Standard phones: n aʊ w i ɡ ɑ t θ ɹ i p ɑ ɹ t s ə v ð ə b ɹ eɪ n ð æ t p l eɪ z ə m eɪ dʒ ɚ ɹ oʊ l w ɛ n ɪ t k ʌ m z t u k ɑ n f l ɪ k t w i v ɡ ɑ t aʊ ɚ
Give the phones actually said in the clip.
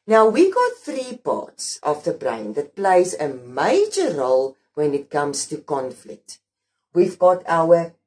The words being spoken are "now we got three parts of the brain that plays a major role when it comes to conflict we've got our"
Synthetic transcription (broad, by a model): n aʊ w i ɡ ɑ t θ ɹ i p ɑ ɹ t s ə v ð ə b ɹ eɪ n ð æ t p l eɪ z ə m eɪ dʒ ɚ ɹ oʊ l w ɛ n ɪ t k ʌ m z t u k ɑ n f l ɪ k t w i v ɡ ɑ t aʊ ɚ